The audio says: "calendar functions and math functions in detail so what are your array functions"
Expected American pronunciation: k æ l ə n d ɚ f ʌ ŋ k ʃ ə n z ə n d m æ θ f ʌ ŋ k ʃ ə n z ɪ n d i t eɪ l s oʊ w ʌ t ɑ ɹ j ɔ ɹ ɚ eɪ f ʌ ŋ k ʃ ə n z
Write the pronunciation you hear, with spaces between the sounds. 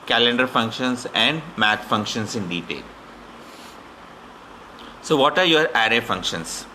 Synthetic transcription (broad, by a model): k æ l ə n d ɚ f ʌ ŋ k ʃ ə n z ə n d m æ t f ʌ ŋ k ʃ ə n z ɪ n d i t eɪ l s oʊ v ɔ t ɑ ɹ j ɔ ɹ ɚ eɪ f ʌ ŋ k ʃ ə n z